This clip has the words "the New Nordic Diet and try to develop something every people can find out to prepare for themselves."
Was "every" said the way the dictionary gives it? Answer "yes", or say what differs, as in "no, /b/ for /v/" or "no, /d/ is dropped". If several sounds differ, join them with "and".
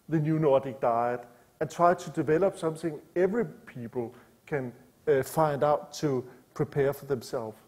yes